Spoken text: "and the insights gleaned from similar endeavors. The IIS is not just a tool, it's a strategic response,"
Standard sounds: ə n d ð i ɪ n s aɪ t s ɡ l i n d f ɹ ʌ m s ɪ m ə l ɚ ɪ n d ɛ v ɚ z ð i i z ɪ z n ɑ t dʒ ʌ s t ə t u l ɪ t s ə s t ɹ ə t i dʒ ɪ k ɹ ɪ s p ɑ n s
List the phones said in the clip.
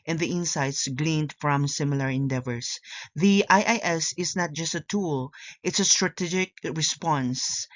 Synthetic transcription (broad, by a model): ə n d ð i ɪ n s aɪ t s ɡ l i n d f ɹ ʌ m s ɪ m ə l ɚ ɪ n d ɛ v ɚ s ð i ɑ s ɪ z n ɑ t dʒ ʌ s t ə t u l ɪ t s ə s t ɹ ə t i dʒ ɪ k ɹ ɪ s p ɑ n s